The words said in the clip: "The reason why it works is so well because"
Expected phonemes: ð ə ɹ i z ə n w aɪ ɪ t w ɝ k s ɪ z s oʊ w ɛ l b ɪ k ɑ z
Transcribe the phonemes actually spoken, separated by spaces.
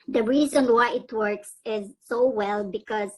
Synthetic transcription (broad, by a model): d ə ɹ i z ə n w aɪ ɪ t w ɝ k s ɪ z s oʊ w ɛ l b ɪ k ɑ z